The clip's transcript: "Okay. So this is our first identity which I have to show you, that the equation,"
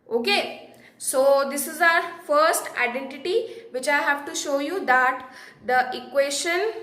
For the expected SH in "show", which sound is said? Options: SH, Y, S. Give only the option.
SH